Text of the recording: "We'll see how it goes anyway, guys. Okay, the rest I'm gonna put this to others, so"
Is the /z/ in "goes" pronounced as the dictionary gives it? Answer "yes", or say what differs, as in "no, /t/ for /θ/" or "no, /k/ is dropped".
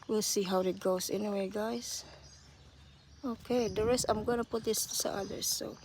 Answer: no, /s/ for /z/